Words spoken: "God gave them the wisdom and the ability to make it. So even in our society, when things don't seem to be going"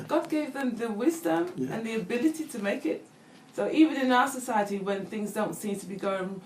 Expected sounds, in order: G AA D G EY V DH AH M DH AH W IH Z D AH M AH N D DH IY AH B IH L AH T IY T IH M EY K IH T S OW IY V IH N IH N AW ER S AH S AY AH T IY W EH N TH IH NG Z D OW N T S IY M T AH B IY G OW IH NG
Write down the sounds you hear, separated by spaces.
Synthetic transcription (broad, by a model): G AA D G EY V DH AH M DH AH W IH Z D AH M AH N DH IY AH B IH L AH T IY T IH M EY K IH T S OW IY V IH N IH N AW ER S AH S AY AH T IY W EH N TH IH NG Z D OW N T S IY M T AH B IY G OW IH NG